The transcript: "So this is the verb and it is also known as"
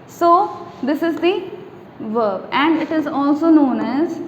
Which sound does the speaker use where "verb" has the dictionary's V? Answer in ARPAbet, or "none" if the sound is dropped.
V